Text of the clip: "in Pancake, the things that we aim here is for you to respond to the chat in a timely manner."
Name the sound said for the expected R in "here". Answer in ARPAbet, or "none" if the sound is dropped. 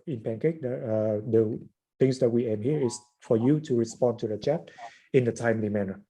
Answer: R